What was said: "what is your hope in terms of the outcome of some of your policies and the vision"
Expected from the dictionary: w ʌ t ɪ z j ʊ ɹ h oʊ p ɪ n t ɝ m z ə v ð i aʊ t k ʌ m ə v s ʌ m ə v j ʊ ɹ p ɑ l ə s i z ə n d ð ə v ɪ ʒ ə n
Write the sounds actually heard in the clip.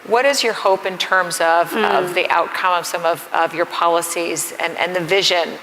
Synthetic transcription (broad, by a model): w ʌ t ɪ z j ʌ ɹ h oʊ p ɪ n t ɝ m z ə v ð i aʊ t k ʌ m ə v s ʌ m ə v j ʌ ɹ p ɑ l ə s i z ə n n ð ə v ɪ ʒ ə n